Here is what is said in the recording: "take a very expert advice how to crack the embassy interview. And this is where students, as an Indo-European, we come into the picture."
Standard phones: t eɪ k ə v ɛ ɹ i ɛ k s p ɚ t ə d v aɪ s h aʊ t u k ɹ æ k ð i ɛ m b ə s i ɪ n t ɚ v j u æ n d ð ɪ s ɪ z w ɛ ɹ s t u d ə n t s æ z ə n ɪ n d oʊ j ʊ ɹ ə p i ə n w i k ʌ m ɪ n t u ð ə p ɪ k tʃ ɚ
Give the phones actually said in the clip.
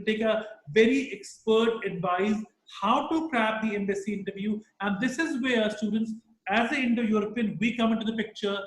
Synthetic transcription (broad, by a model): t eɪ k ə v ɛ ɹ i ɛ k s p ɚ t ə d v aɪ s h aʊ t u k ɹ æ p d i ɛ m b ə s i ɪ n t ɚ v j u æ n d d ɪ s ɪ z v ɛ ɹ s t u d ə n t s æ z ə ɪ n d oʊ j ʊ ɹ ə p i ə n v i k ʌ m ɪ n t u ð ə p ɪ k tʃ ɚ